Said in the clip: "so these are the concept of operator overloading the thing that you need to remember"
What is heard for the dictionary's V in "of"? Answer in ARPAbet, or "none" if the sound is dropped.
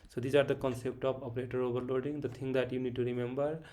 P